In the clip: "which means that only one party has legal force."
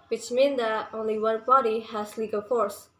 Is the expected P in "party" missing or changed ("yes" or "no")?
yes